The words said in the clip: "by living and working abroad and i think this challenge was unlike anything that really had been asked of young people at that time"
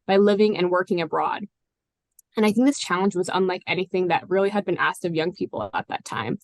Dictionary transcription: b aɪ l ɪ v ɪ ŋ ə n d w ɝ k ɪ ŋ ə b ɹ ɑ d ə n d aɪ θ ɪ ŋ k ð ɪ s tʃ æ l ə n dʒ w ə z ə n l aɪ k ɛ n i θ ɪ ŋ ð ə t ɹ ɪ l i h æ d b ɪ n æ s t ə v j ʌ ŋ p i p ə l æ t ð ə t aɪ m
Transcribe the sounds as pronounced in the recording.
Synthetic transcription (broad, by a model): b aɪ l ɪ v ɪ ŋ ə n w ɝ k ɪ ŋ ə b ɹ ɑ d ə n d aɪ θ ɪ ŋ k ð ɪ s tʃ æ l ə n dʒ w ə z ə n l aɪ k ɛ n i θ ɪ ŋ ð ə t ɹ ɪ l i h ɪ d b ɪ n æ s t ə v j ʌ ŋ p i p l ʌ t ð ə t aɪ m